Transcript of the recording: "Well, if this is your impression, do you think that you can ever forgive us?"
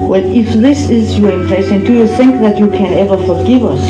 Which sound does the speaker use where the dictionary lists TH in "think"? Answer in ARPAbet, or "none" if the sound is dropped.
TH